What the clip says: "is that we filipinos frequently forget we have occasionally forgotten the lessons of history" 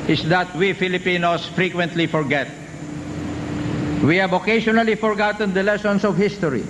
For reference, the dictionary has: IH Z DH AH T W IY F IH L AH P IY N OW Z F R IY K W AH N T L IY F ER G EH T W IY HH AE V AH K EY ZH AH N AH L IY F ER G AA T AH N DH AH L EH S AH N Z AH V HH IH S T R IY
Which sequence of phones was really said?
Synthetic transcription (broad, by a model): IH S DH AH T W IY F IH L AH P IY N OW S F R IY K W AH N T L IY F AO G EH T W IY HH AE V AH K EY SH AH N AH L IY F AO G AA T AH N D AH L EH S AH N S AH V HH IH S T R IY